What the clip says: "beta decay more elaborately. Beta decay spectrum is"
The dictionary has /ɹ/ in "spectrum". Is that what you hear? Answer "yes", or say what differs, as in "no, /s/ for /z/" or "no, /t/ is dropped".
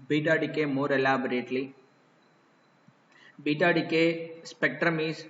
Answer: yes